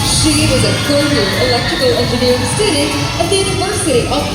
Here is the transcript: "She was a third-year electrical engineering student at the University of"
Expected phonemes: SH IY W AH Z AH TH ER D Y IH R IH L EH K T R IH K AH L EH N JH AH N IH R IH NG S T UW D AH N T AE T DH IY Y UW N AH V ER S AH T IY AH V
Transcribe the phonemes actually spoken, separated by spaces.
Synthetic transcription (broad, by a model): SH IY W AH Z AH F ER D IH IH L EH K T R IH K AH L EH N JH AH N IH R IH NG S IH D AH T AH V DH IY Y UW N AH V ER S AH T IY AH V